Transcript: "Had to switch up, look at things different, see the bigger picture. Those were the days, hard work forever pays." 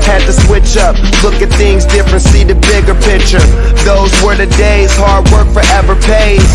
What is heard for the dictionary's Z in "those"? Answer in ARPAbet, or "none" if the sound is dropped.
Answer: Z